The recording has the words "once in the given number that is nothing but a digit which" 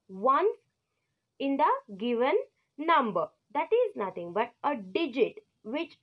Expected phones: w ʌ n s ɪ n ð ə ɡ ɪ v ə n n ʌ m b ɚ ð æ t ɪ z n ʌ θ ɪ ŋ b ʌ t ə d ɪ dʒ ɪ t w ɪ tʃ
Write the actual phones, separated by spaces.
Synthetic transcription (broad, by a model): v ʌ n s ɪ n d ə ɡ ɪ v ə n n ʌ m b ɚ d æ t ɪ z n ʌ t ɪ ŋ b ʌ t ə d ɪ dʒ ɪ t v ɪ tʃ